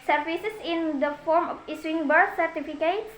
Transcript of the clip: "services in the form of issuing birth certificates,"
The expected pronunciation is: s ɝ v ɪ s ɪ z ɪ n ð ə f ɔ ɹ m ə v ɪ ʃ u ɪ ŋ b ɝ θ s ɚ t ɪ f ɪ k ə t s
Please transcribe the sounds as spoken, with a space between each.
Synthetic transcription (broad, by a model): s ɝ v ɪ s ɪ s ɪ n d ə f ɔ ɹ m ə f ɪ s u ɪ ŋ b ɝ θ s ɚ t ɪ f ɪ k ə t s